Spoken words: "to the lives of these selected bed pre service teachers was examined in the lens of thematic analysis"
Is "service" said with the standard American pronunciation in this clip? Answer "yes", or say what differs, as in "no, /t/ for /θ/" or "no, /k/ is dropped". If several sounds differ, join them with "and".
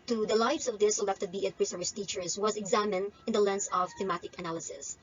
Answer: no, /v/ is dropped